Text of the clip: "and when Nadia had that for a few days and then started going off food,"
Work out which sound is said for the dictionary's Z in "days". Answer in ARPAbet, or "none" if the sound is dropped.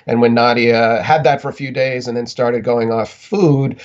Z